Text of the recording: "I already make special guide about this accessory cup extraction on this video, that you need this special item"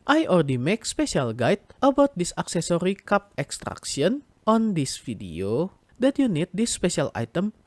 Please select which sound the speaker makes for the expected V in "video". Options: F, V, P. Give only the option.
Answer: F